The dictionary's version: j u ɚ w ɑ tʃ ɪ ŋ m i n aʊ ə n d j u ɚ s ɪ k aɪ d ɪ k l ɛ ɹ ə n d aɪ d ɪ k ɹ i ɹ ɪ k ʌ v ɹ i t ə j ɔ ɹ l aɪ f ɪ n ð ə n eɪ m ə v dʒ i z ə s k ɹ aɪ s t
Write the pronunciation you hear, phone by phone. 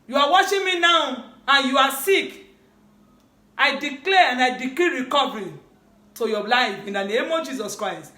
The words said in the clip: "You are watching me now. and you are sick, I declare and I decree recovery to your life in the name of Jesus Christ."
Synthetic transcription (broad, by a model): j u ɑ w ɑ ʃ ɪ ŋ m i n aʊ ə n j u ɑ s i k aɪ d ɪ k l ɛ ə n d aɪ d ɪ k l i ɹ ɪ k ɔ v ɹ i t ə j ɔ l aɪ f ɪ n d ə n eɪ m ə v dʒ i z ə s k ɹ aɪ s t